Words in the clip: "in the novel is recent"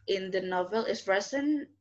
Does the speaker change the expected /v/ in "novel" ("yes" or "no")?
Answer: no